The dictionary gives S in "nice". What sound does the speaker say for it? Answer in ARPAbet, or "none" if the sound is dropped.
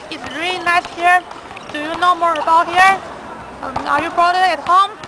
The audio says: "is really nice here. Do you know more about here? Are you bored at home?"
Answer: S